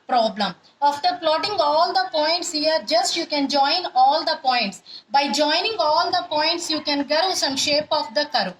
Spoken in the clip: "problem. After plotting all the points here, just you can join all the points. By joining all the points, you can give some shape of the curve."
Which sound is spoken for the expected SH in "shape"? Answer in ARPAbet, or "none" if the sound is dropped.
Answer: SH